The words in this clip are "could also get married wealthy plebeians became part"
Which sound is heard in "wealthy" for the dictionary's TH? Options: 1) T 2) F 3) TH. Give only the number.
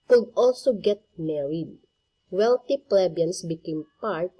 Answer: 1